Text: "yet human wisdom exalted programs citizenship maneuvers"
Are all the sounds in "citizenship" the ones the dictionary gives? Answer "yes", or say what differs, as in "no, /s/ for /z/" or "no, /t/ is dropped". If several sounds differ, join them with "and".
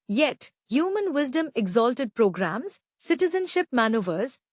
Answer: yes